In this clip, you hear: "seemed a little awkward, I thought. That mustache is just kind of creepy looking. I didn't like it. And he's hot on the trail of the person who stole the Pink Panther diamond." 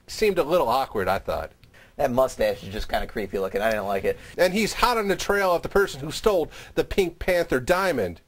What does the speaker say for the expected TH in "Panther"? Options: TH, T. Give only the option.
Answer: TH